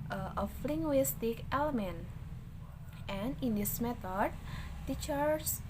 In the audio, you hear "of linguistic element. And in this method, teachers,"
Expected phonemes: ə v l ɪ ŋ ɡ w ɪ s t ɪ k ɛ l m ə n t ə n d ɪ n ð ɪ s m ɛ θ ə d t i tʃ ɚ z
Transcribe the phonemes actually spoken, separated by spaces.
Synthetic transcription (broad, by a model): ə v l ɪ ŋ ɡ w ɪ s t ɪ k ɛ l m ə n t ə n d ɪ n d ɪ s m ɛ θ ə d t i tʃ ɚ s